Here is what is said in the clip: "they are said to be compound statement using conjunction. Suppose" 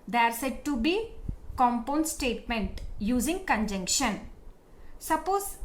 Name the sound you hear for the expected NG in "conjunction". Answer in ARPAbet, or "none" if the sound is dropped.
NG